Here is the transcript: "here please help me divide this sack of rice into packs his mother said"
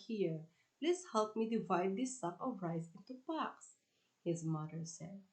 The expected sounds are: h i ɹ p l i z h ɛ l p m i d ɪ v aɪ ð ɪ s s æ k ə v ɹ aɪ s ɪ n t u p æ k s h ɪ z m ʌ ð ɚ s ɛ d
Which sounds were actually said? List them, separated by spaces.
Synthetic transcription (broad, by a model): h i ɹ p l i s h ɛ l p m i d ɪ v aɪ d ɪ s s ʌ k ə v ɹ aɪ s ɪ n t u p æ k s h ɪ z m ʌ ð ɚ s ɛ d